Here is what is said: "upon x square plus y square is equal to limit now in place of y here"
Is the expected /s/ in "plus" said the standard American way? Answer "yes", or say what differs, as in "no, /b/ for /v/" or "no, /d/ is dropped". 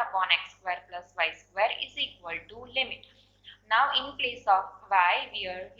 yes